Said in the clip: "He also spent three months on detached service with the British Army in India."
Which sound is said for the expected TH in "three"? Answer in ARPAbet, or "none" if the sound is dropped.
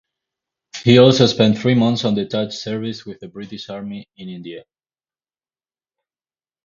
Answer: TH